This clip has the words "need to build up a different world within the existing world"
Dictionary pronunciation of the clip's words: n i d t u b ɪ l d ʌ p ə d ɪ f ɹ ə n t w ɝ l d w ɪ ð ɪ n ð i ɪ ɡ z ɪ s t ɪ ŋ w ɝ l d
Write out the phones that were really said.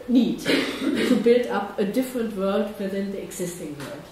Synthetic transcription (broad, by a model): n i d t u b ɪ l d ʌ p ə d ɪ f ɹ ə n t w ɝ l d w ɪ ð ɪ n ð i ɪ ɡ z ɪ s t ɪ ŋ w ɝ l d